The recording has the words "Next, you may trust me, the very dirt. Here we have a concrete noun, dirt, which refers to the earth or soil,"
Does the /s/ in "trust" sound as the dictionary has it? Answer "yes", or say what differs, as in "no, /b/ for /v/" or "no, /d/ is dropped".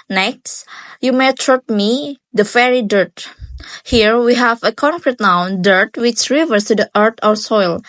no, /s/ is dropped